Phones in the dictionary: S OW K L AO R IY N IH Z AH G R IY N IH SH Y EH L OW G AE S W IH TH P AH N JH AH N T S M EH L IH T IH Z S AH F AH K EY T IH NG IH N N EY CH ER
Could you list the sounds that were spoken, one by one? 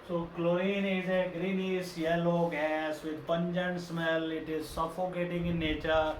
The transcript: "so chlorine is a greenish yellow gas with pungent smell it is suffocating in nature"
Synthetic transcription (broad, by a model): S OW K L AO IY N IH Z AH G R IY N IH S Y EH L OW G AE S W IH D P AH N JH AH N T S M EH L IH T IH Z S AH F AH K EY T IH NG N N EY CH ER